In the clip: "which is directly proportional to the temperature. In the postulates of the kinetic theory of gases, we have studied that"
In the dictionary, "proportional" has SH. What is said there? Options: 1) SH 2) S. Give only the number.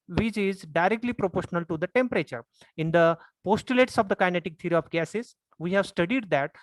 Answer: 1